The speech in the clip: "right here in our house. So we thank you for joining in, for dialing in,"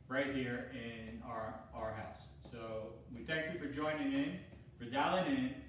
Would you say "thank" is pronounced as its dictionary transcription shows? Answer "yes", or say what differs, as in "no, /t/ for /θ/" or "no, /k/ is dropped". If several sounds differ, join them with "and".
yes